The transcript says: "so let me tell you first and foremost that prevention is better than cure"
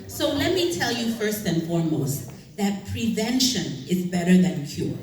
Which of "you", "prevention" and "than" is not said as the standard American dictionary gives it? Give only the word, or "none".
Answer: none